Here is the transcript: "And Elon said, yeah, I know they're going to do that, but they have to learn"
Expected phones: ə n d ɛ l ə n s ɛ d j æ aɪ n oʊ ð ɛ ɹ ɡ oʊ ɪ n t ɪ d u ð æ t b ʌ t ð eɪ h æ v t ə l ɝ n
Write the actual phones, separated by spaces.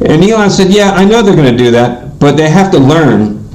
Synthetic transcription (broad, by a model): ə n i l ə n s ɛ d j æ aɪ n oʊ ð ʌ ɹ ɡ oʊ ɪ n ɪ d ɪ ð æ t b ʌ t ð eɪ h æ f t ə l ɝ n